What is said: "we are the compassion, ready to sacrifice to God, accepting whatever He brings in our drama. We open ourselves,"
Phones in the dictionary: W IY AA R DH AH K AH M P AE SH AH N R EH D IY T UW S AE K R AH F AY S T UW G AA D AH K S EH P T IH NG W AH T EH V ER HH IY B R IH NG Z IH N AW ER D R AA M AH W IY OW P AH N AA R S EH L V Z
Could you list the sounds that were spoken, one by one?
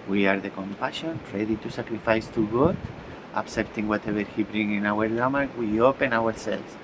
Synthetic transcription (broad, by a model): W IY AA R DH AH K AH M P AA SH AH N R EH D IY T UW S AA K R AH F AY S T UW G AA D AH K S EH P T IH NG W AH T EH B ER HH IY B R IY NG IH N AW ER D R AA M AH W IY OW P AH N AA R S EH L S